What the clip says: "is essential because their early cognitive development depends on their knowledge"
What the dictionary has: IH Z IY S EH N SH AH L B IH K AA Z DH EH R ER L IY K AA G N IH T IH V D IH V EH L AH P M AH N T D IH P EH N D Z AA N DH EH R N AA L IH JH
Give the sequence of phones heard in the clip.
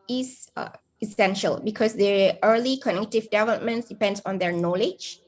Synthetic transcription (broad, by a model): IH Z IY S EH N SH AH L B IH K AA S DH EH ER L IY K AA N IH T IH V D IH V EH L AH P M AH N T D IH P EH N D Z AA N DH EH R N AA L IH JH